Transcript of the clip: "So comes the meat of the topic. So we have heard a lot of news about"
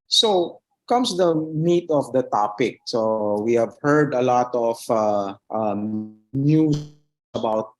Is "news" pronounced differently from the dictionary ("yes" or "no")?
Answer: yes